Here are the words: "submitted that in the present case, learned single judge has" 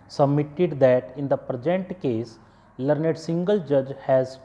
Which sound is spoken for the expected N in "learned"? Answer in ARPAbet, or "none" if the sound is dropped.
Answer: N